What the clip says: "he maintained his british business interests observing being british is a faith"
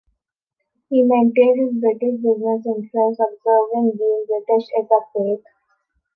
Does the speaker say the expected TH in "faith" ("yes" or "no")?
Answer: no